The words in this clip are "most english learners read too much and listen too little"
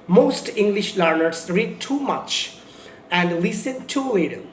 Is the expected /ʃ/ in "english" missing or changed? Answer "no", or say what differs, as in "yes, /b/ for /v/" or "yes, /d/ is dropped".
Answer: no